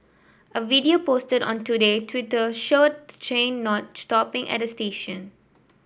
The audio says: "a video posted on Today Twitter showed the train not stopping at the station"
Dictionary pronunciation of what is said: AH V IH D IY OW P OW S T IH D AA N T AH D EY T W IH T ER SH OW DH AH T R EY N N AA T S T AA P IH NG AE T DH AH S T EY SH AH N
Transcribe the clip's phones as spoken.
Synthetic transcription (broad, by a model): AH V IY D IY OW P OW S T IH D AA N T AH D EY T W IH T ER SH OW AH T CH EY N N AA T S T AA P IH NG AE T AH S T EY SH AH N